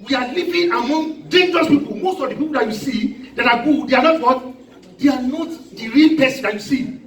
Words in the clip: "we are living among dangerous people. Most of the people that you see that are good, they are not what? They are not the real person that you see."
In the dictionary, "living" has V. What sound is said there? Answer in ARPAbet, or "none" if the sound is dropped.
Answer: P